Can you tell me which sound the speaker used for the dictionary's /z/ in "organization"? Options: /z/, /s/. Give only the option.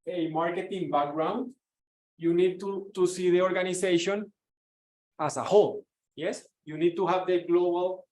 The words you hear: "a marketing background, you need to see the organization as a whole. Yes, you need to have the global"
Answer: /s/